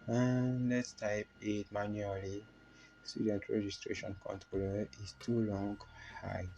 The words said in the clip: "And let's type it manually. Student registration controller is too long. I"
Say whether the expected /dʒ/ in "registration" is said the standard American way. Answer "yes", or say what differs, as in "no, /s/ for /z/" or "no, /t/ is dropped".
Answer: yes